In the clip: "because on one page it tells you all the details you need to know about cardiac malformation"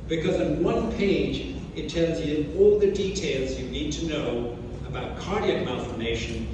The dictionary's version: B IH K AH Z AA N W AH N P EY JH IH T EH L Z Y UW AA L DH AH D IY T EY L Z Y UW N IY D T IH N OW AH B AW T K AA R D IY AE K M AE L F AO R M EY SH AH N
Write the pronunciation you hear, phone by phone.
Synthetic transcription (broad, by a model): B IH K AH Z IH N W AH N P EY JH IH T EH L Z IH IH AA L DH AH D IY T EY L Z Y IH N IY D T IH N OW AH B AW T K AA R D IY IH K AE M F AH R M EY SH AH N